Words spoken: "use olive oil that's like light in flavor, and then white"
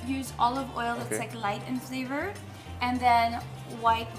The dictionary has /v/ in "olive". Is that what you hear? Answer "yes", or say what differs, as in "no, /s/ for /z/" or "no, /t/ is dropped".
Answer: yes